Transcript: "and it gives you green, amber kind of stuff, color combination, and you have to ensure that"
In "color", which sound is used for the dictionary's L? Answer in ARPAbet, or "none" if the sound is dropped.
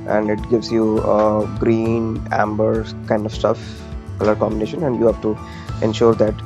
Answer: L